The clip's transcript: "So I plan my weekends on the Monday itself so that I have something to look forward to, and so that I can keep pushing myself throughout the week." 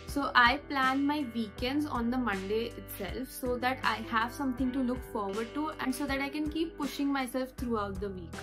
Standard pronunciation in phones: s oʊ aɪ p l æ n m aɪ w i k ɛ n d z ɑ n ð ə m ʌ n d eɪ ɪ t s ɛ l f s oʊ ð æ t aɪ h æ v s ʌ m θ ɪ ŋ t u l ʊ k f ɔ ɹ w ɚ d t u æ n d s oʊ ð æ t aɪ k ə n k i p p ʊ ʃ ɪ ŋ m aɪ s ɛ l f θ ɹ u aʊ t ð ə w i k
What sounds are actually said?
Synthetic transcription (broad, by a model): s oʊ aɪ p l æ n m aɪ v i k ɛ n d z ɑ n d ə m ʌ n d eɪ ɪ t s ɛ l f s oʊ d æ t aɪ h æ v s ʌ m t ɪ ŋ t u l ʊ k f ɔ ɹ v ɚ d t u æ n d s oʊ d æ t aɪ k ə n k i p p ʊ ʃ ɪ ŋ m aɪ s ɛ l f t ɹ u aʊ t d ə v i k